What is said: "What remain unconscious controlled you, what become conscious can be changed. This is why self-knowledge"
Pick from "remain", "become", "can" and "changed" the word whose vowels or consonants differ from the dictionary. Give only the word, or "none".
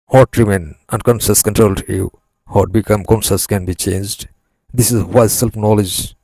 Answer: none